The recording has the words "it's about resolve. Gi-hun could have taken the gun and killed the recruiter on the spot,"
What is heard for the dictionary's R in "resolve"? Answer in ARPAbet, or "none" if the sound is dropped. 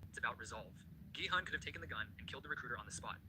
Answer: R